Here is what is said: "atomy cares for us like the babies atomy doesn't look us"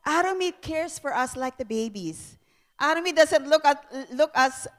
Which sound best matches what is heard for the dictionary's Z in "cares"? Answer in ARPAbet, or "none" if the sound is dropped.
S